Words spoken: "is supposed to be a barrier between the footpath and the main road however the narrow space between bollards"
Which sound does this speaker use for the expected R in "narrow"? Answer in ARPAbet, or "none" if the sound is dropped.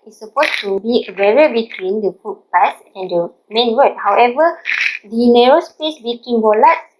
R